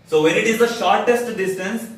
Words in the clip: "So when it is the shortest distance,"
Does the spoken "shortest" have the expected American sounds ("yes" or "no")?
yes